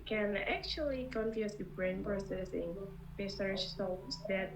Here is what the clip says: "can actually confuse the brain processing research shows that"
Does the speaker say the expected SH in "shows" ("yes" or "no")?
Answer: no